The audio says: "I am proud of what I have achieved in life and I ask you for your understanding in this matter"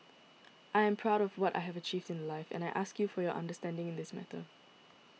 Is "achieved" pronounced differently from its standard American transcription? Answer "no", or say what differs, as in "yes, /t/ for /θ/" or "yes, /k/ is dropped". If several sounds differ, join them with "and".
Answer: no